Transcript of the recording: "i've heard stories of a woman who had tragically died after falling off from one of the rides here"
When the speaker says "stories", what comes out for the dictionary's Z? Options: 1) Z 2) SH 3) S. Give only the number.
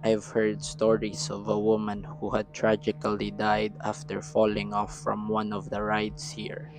3